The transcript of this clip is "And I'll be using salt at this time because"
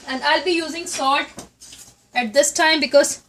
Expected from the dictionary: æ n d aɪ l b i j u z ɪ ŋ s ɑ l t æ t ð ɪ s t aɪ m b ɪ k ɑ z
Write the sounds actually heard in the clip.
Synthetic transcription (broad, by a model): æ n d aɪ l b i j u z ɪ ŋ s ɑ t æ t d ɪ s t aɪ m b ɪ k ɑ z